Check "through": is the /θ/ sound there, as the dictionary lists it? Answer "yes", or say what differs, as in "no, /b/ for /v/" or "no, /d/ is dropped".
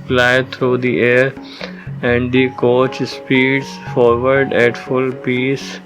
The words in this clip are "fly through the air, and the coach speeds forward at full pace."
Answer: no, /t/ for /θ/